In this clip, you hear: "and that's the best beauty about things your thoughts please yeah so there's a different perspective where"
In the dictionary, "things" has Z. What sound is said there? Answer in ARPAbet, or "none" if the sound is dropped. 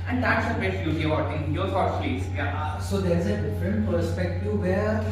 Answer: none